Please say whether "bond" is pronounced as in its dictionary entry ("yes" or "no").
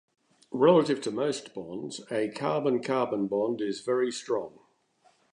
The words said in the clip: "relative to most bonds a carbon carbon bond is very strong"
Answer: yes